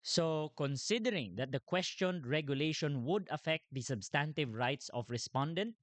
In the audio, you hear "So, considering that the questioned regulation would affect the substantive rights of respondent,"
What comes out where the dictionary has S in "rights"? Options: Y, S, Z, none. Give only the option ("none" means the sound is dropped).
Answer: S